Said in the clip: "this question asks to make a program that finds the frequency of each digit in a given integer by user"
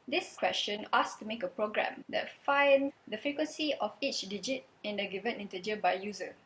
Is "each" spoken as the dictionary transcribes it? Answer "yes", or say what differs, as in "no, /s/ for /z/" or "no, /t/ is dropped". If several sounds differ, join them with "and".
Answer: yes